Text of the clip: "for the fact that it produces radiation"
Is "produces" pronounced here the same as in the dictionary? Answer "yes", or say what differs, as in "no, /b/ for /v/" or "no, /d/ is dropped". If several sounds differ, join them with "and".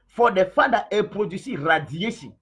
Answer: no, /z/ is dropped